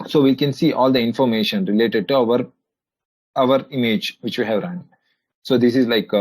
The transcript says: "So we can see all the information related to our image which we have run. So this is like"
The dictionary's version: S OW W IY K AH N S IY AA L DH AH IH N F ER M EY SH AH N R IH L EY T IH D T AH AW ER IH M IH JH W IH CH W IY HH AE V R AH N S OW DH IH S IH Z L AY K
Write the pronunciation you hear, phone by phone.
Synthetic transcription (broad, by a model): S OW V IY K AH N S IY AA L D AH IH N F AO M EY SH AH N R IH L EY T IH D T AH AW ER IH M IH JH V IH CH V IY HH AE V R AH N S OW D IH S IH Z L AY K